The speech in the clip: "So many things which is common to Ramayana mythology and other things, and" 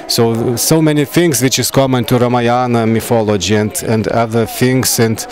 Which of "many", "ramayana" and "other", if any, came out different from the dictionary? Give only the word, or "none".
none